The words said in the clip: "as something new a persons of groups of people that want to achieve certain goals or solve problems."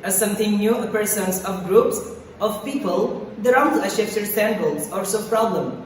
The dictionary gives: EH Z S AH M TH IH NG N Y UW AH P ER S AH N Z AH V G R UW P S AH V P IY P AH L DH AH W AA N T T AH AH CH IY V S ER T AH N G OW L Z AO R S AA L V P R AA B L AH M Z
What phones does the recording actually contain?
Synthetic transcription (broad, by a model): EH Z S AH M T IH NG N Y UW AH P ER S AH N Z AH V G R UW P S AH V P IY P AH L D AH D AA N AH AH SH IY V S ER S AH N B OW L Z AO R S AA P R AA B L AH M